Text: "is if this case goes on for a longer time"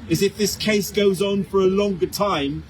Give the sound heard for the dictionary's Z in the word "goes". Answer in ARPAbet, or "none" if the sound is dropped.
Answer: Z